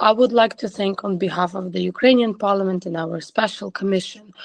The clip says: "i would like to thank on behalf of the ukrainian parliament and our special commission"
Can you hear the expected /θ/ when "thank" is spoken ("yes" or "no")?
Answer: yes